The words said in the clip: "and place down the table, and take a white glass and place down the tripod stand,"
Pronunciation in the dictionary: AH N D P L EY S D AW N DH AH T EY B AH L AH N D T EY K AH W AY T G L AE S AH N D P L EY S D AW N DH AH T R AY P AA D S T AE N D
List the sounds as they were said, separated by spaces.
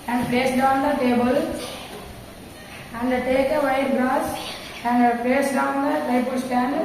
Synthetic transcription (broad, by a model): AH N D P L EY S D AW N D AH T EY B AH L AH N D T EY K AH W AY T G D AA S AH N D P L EY S D AW N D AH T AY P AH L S T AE N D